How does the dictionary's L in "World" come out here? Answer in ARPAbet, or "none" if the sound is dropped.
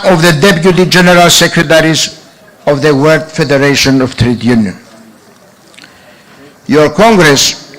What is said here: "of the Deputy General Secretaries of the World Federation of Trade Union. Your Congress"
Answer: none